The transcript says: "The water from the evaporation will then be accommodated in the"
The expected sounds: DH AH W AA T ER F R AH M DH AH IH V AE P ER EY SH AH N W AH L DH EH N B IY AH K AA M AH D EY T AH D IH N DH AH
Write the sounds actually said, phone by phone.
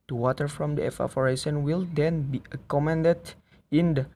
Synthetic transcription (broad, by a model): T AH W AA T ER F R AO M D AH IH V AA F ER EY S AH N W AH L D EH N B IY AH K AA M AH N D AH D IH N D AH